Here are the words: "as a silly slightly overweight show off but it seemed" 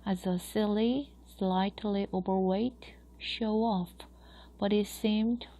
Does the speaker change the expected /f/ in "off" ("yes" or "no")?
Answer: no